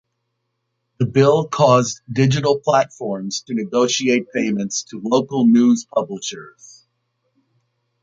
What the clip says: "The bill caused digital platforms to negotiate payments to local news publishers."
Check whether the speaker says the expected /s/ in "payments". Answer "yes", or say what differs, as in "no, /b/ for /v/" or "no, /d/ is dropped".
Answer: yes